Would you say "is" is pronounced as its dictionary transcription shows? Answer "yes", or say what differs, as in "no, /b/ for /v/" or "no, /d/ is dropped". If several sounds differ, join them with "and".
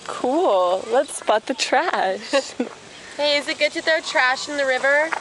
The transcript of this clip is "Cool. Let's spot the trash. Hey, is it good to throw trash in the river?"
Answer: yes